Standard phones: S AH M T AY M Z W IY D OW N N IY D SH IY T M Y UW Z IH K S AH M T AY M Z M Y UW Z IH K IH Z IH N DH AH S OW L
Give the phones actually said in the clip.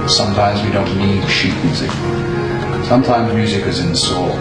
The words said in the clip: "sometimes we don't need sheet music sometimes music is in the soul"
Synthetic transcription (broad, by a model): S AH M T AY M Z W IY D OW N L IY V SH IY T M Y UW Z IH K S AH M T AY M Z M Y UW Z IH K IH Z IH N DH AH S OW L